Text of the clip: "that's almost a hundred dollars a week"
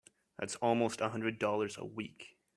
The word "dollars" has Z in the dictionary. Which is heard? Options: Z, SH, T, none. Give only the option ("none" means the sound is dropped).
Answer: Z